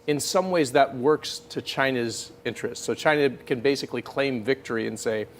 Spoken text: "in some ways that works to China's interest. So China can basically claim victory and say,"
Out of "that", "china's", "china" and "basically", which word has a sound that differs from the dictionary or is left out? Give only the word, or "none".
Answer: none